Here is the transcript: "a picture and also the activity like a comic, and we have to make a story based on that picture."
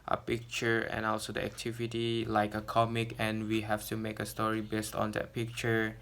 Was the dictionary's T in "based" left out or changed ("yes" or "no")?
no